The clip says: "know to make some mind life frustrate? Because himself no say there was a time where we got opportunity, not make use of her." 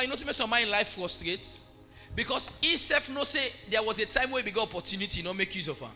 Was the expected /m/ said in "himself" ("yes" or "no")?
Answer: no